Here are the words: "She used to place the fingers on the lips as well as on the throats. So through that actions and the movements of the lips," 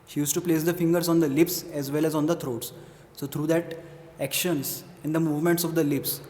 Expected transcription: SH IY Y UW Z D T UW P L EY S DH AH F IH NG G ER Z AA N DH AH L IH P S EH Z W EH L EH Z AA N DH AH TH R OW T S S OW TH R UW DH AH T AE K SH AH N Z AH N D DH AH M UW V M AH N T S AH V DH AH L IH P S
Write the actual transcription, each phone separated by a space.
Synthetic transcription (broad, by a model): SH IY Y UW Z T UW P L EY S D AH F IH NG G ER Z AA N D AH L IH P S EH Z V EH L EH Z AA N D AH T R OW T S S OW T R UW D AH T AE K SH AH N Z AH N D AH M UW V M AH N T S AH V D AH L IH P S